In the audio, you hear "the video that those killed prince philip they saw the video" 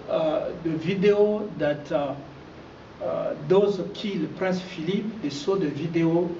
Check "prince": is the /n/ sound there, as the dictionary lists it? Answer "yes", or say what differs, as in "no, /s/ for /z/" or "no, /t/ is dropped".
no, /n/ is dropped